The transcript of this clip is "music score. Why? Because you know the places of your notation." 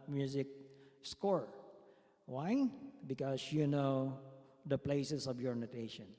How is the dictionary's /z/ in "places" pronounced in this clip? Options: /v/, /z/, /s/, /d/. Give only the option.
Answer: /s/